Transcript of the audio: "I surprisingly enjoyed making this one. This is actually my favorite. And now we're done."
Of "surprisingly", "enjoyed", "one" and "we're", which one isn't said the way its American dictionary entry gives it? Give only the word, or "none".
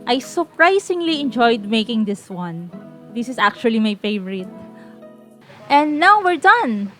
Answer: surprisingly